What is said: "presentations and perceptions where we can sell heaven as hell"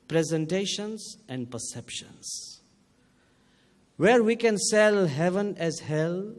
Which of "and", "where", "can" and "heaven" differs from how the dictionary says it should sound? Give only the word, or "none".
none